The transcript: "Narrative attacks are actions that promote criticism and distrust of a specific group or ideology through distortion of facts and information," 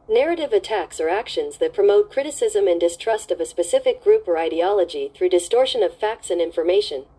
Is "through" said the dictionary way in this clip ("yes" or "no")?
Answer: yes